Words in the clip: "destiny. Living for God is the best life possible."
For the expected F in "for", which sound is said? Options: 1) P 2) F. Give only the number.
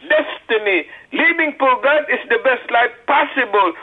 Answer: 1